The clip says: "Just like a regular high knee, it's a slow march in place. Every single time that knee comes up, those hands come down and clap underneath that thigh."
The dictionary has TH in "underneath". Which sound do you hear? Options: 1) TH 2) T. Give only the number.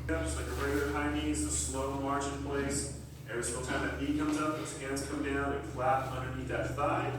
2